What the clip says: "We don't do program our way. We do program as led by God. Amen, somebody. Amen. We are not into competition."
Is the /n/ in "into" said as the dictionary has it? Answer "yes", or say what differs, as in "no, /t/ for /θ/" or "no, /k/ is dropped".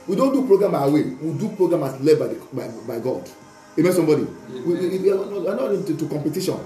no, /n/ is dropped